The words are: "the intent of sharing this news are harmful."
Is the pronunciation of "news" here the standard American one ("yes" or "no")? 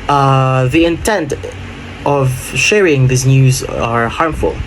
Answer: yes